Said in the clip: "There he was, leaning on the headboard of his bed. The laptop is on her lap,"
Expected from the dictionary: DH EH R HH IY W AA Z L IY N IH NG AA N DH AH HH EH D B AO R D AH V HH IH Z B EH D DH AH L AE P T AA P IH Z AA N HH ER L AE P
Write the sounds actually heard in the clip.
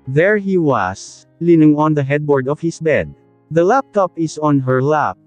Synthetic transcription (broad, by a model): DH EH R HH IY W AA S L IY N IH NG AA N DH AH HH EH D B AO R D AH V HH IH S B EH D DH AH L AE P T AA P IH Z AA N HH ER L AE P